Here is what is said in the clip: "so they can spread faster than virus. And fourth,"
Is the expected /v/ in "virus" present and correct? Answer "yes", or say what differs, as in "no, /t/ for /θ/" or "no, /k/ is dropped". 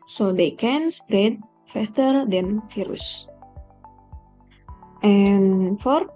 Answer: no, /f/ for /v/